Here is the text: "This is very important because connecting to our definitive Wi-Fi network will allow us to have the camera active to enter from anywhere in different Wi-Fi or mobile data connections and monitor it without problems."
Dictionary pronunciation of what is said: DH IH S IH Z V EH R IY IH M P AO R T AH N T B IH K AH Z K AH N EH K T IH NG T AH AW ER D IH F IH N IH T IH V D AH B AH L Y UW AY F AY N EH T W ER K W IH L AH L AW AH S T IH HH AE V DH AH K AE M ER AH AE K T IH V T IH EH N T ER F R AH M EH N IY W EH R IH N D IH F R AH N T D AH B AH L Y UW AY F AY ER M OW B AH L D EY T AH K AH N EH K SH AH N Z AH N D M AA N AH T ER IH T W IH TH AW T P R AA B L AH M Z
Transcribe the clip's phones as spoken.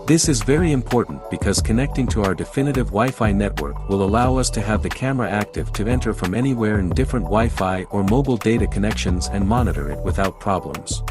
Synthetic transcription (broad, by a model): DH IH S IH Z V EH R IY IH M P AO R T N B IH K AH Z K AH N EH K T IH NG T AH AW ER D IH F IH N IH T IH V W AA AH F AY N EH T W ER K W IH L AH L AW AH S T IH V DH AH K AE M ER AH AE K T IH V T IH EH N T ER F R AH M EH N IY W EH R IH N D IH F R AH N T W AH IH F AY ER M OW B L D EY T AH K AH N EH K SH AH N Z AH N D M AA N AH T ER IH T W IH TH AW T P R AA B L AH M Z